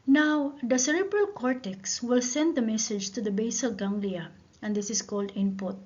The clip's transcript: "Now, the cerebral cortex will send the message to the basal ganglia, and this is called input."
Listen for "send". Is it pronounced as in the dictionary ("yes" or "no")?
yes